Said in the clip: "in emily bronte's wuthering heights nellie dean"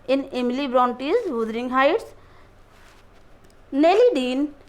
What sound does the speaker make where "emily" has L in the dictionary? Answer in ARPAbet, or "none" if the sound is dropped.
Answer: L